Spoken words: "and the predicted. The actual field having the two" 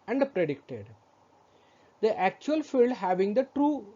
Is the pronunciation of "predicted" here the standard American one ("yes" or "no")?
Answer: yes